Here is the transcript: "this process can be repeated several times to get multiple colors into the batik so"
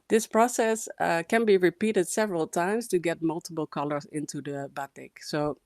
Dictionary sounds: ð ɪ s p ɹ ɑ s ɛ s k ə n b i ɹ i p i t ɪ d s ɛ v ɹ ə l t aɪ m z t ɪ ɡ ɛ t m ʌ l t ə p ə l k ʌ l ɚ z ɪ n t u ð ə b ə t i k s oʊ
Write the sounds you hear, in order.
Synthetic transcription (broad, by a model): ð ɪ s p ɹ ɑ s ɛ s k ə n b i ɹ i p i t ɪ d s ɛ v ɹ ə l t aɪ m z t ɪ ɡ ɛ t m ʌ l t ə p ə l k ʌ l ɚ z ɪ n t u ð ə b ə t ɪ k s oʊ